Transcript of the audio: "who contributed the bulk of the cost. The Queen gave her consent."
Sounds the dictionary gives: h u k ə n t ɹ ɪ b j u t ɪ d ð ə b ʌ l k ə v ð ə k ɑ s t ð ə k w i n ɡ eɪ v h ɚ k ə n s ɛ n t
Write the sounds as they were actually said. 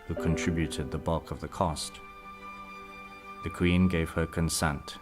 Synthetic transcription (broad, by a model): h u k ə n t ɹ ɪ b j u t ɪ d ð ə b ʌ l k ə v ð ə k ɑ s t ð ə k w i n ɡ eɪ v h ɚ k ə n s ɛ n t